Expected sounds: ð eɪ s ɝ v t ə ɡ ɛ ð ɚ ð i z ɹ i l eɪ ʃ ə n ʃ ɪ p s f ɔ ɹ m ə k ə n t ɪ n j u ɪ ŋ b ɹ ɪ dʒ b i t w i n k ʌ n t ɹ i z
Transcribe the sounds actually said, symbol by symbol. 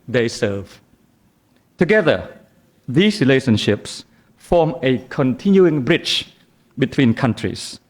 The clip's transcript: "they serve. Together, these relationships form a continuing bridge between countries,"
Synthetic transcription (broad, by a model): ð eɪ s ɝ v t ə ɡ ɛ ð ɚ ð i s ɹ i l eɪ ʃ ə n ʃ ɪ p s f ɔ m ə k ə n t ɪ n j u ɪ ŋ b ɹ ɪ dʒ b i t w i n k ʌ n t ɹ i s